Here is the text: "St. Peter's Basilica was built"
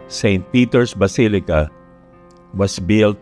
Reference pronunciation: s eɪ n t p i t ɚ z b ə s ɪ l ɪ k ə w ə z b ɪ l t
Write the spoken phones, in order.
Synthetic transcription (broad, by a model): s eɪ n t p i t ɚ s b ə s ɪ l ɪ k ə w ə s b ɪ l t